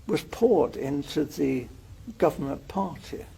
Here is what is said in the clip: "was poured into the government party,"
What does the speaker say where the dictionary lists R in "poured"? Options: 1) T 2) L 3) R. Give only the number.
3